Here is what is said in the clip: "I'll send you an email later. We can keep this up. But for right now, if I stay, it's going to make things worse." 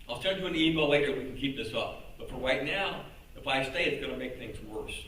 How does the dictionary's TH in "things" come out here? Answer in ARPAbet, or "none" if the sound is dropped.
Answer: TH